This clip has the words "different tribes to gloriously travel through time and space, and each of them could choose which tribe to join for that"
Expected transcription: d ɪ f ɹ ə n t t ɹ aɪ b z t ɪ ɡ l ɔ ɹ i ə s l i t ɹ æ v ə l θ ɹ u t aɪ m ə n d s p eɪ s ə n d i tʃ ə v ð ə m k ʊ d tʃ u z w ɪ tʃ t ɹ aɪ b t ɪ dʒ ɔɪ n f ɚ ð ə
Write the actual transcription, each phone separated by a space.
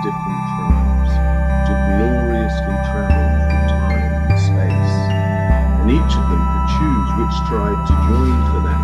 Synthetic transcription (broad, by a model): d ɪ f ɹ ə n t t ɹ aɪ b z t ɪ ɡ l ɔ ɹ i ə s i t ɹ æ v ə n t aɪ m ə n s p eɪ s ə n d i tʃ ə v ð ə m k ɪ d tʃ u z w ɪ tʃ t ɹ aɪ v t ɪ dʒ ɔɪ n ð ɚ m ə